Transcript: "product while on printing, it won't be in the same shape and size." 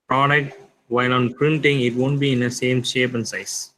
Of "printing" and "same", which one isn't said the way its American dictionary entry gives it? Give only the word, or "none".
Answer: none